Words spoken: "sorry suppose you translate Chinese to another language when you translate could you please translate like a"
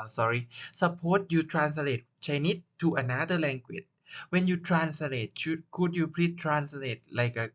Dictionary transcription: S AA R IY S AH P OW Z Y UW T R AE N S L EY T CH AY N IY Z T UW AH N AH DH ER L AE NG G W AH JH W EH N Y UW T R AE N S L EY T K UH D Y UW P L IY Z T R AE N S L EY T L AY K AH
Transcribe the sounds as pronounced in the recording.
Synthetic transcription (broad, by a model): S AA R IY S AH P OW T Y UW T R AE N S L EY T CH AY N IY T UW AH N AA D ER L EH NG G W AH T W EH N Y UW T R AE N S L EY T K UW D Y UW P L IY T R AE N S L EY T L AY K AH